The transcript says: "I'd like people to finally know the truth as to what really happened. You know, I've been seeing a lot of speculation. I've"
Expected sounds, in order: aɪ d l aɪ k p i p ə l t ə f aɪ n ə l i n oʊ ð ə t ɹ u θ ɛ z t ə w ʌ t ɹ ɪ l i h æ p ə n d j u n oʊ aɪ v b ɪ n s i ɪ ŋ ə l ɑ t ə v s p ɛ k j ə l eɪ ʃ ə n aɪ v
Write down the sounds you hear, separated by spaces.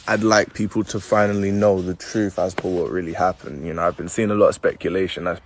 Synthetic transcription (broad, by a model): aɪ d l aɪ k p i p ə l t ə f aɪ n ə l i n oʊ ð ə t ɹ u θ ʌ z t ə w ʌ t ɹ ɪ l i h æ p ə n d j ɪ n oʊ aɪ v b ɪ n s i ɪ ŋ ə l ɑ t ə v s p ɛ k j ə l eɪ ʃ ə n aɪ